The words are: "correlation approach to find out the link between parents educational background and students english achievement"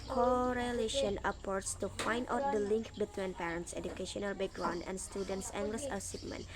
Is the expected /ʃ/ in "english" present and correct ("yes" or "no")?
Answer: no